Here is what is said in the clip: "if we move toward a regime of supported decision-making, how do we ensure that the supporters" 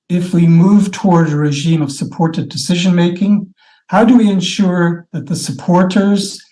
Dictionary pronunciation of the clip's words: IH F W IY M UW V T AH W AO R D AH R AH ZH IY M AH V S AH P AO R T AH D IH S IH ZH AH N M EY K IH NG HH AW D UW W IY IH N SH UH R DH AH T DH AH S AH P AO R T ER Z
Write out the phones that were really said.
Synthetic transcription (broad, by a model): IH F W IY M UW V T AH W AO R D AH R AH ZH IY M AH V S AH P AO R T AH D IH S IH ZH AH N M EY K IH NG HH AW D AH W IY IH N SH UH R DH AH T DH AH S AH P AO R T ER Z